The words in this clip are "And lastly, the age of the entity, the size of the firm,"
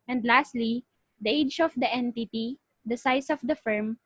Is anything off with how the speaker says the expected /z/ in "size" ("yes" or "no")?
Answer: yes